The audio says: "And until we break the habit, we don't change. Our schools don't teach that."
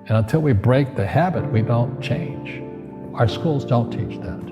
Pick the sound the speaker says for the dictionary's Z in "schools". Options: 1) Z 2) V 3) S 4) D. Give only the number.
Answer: 1